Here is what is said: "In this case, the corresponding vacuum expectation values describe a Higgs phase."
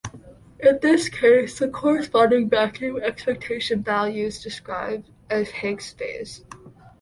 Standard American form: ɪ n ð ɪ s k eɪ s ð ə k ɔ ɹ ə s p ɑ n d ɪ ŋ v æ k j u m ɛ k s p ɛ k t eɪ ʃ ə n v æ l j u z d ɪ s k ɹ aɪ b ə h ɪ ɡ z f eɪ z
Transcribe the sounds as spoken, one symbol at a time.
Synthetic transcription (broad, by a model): ɪ n ð ɪ s k eɪ s ð ə k ɔ ɹ ə s p ɑ n d ɪ ŋ b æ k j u ɛ k s p ɛ k t eɪ ʃ ə n v æ l j u z d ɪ s k ɹ aɪ b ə h ɪ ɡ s f eɪ z